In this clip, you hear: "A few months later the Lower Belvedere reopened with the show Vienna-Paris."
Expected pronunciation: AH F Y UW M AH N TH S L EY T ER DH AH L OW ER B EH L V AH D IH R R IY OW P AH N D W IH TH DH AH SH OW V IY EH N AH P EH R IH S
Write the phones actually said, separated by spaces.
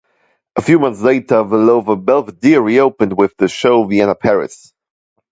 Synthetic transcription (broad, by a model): AH F Y UW M AH N TH S L EY T ER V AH L OW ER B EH L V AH D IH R R IY OW P AH N D W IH DH AH SH OW V IY EH N AH P EH R IH S